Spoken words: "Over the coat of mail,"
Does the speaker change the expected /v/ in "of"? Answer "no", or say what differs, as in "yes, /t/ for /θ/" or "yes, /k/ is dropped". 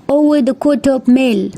yes, /p/ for /v/